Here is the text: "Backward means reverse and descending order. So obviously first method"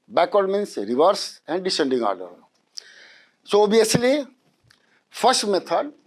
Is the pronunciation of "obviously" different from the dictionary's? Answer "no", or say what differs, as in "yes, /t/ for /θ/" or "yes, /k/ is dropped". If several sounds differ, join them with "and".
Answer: yes, /v/ is dropped